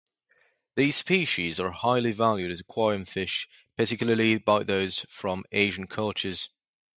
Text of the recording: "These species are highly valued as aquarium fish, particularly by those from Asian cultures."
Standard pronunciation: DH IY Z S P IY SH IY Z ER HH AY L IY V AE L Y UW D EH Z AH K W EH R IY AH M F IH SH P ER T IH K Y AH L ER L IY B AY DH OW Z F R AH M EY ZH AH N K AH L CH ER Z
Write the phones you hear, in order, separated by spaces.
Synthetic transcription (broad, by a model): DH IY Z S P IY SH IY Z ER HH AY L IY V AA L Y UW D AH Z AH K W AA IY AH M F IH SH P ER T IH K Y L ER L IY B AY DH OW Z F R AH M EY ZH AH N K AH L CH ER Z